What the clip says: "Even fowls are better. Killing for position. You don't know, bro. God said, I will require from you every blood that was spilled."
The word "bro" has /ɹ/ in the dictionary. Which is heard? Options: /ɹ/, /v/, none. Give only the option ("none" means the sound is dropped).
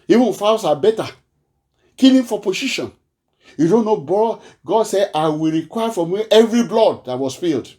none